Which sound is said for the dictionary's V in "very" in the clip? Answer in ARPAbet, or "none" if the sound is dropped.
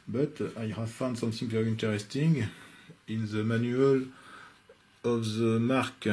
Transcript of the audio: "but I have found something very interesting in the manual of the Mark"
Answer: P